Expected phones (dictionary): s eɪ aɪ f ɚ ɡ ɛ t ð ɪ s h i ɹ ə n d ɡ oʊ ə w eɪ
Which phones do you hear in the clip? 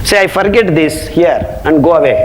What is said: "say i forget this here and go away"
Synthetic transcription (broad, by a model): s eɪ aɪ f ɚ ɡ ɛ t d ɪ s h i ɹ ə n d ɡ oʊ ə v eɪ